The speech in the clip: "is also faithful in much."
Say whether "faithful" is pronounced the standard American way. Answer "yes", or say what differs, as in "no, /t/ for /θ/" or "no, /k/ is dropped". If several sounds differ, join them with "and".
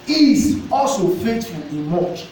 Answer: no, /t/ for /θ/ and /n/ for /l/